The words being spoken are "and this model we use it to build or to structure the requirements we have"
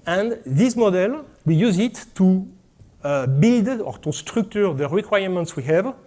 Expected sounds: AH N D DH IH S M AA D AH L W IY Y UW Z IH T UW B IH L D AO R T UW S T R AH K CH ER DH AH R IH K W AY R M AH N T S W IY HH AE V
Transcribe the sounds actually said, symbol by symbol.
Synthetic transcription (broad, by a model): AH N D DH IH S M AA D AH L W IY Y UW Z IH T UW B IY L D AO R T UW S T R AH K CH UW DH AH R IH K W AY R M AH N T S W IY HH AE V